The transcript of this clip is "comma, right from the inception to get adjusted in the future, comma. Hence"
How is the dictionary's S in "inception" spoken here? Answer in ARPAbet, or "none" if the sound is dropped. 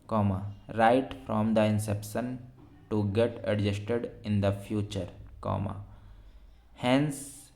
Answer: S